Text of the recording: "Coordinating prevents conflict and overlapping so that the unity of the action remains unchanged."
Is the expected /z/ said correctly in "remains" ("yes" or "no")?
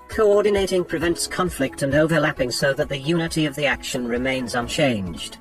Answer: yes